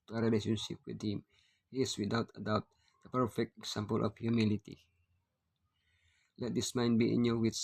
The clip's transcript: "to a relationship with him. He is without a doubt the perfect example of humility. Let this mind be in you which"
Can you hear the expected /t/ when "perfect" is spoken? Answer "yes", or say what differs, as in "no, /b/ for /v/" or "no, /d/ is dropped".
yes